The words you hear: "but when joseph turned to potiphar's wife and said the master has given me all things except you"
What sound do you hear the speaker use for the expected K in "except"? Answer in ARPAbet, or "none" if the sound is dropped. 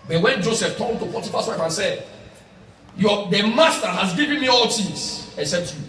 none